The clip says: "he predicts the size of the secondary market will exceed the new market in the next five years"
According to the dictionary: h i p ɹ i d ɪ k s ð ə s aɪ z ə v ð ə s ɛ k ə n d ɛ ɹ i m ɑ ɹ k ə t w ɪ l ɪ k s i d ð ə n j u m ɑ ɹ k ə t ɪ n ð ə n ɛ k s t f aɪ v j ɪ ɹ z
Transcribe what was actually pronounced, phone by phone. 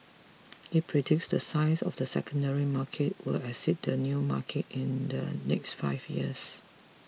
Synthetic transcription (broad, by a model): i p ɹ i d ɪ k s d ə s aɪ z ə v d ə s ɛ k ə n d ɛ ɹ i m ɑ k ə t w ɪ l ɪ s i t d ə n j u m ɑ k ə t ɪ n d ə n ɛ k s t f aɪ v j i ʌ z